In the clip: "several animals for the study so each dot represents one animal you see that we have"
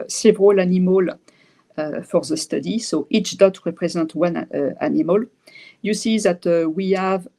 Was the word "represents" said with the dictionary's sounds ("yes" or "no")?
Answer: no